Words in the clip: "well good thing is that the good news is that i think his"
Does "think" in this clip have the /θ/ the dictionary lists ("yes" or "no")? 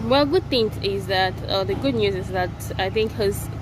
yes